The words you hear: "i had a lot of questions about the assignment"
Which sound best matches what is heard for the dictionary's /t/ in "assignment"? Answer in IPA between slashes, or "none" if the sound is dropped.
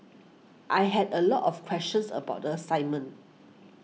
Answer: none